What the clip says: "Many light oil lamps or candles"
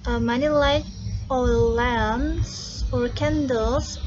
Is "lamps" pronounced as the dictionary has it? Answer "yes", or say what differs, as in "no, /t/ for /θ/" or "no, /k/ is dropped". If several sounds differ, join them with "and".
no, /p/ is dropped